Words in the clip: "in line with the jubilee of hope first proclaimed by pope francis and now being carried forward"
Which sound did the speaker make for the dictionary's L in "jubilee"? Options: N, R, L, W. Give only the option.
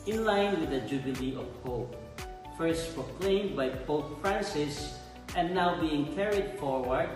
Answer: L